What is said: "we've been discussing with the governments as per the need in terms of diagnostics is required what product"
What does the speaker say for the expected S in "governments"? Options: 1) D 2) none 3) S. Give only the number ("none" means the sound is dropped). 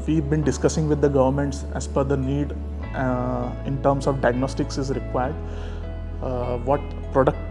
3